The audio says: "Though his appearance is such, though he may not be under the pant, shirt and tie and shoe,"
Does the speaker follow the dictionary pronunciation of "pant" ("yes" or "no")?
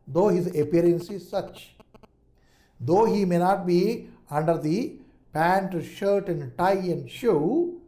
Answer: yes